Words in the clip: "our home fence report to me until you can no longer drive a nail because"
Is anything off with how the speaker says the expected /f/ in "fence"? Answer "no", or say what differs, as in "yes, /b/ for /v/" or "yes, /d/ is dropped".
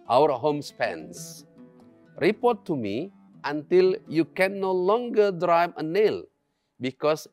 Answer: yes, /p/ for /f/